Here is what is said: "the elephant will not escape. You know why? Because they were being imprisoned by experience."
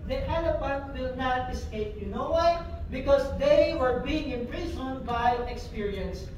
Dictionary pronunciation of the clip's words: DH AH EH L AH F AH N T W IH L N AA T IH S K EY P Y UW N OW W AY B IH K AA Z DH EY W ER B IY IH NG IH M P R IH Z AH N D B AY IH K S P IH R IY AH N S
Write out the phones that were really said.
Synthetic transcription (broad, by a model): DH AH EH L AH P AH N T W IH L N AA T IH S K EY P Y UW N OW W AY B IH K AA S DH EY W ER B IY IH NG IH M P R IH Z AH N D B AY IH K S P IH R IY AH N S